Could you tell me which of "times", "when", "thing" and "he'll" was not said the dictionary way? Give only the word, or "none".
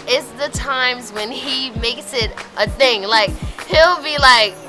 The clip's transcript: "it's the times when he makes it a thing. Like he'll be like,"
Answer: none